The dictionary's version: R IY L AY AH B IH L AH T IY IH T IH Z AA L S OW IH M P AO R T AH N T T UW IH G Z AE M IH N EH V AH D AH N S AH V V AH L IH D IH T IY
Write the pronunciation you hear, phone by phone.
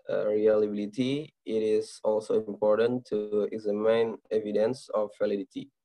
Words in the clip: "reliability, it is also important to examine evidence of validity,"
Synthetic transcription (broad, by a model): R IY L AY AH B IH L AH T IY IH T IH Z AA L S OW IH M P AO R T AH N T T UW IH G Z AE M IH N EH V AH D AH N S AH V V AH L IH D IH T IY